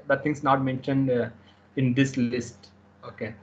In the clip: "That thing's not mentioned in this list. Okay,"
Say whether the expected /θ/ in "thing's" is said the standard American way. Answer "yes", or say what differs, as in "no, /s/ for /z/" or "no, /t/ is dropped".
no, /t/ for /θ/